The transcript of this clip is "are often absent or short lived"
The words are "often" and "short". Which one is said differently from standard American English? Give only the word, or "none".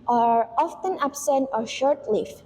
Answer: none